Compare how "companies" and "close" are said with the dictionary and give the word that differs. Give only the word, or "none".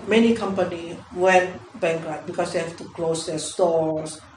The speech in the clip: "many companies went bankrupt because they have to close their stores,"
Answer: companies